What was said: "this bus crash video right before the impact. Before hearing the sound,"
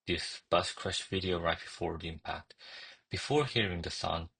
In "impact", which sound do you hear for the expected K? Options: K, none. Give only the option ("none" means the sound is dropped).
K